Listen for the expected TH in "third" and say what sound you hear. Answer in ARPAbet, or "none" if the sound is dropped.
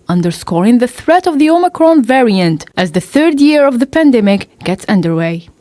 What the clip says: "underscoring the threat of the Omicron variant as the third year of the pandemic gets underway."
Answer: TH